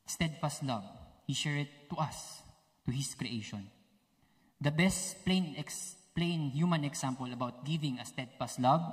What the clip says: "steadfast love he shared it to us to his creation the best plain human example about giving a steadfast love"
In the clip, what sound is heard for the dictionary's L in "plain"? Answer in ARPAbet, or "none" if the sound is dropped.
L